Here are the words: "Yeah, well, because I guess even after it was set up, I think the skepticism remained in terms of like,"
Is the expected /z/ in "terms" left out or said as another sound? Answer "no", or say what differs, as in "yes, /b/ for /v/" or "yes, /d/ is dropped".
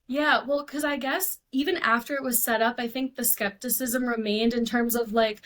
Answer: no